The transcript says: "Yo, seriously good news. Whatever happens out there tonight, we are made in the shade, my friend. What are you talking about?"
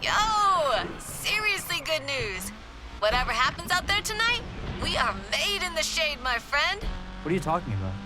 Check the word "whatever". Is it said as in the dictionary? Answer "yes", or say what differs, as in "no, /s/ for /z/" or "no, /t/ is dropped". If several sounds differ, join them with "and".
yes